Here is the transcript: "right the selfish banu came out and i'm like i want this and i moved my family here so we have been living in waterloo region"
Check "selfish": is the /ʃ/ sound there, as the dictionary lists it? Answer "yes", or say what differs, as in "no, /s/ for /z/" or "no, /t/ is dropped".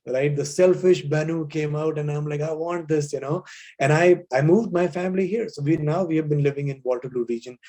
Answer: yes